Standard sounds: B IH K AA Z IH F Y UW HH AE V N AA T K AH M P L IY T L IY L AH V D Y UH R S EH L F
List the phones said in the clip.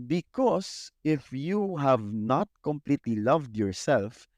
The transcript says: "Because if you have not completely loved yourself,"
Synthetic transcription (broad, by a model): B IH K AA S IH F Y UW HH AE V N AA T K AH M P L IY T L IY L AH V D Y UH R S EH L F